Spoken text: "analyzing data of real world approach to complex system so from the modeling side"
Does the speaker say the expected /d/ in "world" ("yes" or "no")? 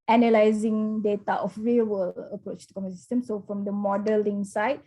no